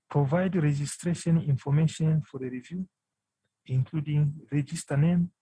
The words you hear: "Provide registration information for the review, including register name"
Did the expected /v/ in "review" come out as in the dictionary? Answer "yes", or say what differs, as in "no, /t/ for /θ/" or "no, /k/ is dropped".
yes